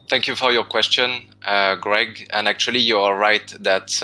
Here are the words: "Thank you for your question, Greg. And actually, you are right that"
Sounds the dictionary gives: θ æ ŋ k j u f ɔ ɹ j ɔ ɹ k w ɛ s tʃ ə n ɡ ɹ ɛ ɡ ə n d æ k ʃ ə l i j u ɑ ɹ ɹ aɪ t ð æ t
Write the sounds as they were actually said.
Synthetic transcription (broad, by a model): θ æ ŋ k j u f ɔ ɹ j ɔ ɹ k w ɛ s tʃ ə n ɡ ɹ ɛ ɡ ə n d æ k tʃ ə l i j u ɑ l ɹ aɪ t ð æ t